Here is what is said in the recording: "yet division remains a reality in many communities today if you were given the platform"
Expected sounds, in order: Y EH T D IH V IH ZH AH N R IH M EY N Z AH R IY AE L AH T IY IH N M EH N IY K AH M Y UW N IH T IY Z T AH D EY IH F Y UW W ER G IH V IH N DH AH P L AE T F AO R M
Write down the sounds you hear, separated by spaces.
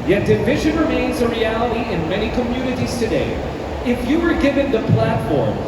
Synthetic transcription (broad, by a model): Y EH T D IH V IH ZH AH N R IH M EY N Z AH R IY AE L AH T IY IH N M EH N IY K AH M Y UW N IH T IY Z T AH D EY IH F Y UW W ER G IH V IH N DH AH P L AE T F AO R M